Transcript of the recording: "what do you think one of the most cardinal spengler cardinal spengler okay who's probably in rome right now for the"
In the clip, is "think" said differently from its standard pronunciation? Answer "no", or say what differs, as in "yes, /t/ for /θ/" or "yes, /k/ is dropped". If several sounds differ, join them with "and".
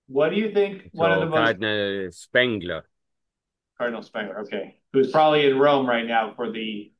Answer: no